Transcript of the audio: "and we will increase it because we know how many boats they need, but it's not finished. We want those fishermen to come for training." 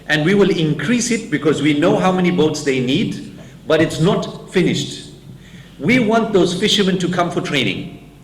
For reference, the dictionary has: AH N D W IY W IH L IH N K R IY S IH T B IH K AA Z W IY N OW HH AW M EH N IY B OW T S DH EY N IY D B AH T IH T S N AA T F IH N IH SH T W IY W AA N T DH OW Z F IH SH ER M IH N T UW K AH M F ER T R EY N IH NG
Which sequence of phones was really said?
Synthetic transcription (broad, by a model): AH N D W IY W IH L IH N K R IY S IH T B IH K AA Z W IY N OW HH AW M EH N IY B OW T S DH EY N IY D B AH T IH T S N AA T F IH N IH SH T W IY W AA N T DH OW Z F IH SH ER M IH N T UW K AH M F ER T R EY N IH NG